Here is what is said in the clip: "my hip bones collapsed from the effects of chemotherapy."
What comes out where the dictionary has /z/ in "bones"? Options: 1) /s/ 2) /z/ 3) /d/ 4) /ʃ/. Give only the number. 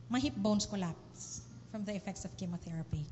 1